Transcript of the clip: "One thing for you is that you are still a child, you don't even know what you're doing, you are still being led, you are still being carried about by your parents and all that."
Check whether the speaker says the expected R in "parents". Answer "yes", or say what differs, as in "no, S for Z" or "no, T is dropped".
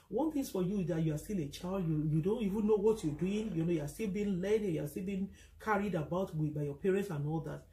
yes